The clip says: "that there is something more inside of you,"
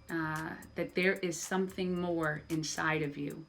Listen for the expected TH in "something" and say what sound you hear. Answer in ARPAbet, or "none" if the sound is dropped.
TH